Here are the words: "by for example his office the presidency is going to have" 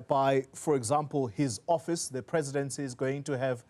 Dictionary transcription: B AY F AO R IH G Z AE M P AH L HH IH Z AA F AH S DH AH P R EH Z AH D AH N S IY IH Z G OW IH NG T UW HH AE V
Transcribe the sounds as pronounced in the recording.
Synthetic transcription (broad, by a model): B AY F AO R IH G Z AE M P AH L HH IH Z AA F AH S DH AH P R EH Z AH D AH N S IY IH Z G OW IH NG T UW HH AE V